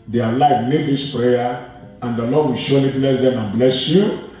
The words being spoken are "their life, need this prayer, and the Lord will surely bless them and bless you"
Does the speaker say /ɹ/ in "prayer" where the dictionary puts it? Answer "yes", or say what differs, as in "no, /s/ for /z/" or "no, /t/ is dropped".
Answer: yes